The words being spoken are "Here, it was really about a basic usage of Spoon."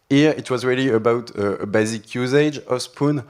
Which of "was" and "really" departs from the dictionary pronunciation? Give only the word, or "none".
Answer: none